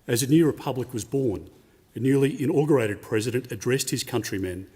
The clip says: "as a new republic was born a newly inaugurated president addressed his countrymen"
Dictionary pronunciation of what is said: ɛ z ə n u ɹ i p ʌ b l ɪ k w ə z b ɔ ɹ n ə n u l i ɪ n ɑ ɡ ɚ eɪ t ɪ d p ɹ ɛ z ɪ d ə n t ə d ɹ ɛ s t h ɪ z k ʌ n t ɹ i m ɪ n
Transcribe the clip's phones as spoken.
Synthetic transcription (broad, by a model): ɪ z ə n u ɹ i p ʌ b l ɪ k w ə z b ɔ ɹ n ə n u l i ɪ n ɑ ɡ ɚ eɪ t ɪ d p ɹ ɛ z ɪ d ə n t ə d ɹ ɛ s t h ɪ z k ʌ n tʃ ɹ i m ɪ n